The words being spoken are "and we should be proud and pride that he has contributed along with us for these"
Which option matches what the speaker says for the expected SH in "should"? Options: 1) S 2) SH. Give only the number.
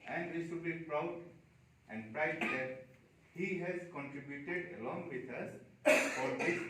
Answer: 1